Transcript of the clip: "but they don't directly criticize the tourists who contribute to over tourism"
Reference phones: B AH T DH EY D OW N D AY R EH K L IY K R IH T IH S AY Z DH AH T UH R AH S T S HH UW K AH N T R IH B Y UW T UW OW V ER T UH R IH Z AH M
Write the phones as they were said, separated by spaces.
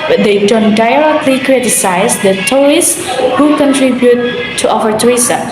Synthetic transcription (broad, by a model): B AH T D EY D OW N D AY R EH K L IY K R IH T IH S AY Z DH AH T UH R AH S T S HH UW K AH N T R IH B Y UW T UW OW F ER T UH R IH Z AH